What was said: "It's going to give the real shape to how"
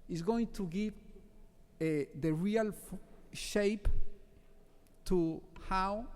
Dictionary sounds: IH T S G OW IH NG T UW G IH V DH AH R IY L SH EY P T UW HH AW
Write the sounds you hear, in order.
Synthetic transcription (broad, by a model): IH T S G OW IH NG T UW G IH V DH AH R IY L SH EY P T UW HH AW